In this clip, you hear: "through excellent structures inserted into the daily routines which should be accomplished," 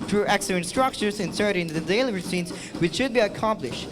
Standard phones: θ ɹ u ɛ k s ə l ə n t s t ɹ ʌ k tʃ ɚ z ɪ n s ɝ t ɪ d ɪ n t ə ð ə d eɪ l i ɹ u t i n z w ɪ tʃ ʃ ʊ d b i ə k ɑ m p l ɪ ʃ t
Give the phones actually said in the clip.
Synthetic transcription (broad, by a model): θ ɹ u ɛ k s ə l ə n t s t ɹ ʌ k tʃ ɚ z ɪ n s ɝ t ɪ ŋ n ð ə d eɪ l i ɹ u s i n s w ɪ tʃ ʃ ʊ d b i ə k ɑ m p l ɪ ʃ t